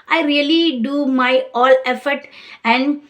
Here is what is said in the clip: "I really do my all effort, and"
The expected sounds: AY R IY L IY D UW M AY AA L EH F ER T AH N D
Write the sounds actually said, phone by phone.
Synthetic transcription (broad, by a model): AY R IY L IY D UW M AY AA L EH F ER T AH N D